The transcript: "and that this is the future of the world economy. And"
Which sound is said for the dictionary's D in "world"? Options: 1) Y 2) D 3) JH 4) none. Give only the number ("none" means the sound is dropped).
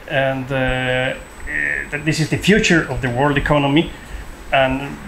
2